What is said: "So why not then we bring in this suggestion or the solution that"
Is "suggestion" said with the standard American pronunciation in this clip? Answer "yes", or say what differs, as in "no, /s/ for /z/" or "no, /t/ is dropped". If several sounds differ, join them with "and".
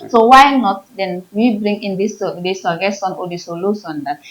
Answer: no, /dʒ/ is dropped and /tʃ/ is dropped